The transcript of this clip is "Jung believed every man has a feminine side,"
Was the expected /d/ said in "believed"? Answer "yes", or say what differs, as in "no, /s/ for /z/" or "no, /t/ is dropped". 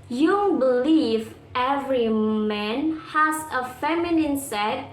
no, /d/ is dropped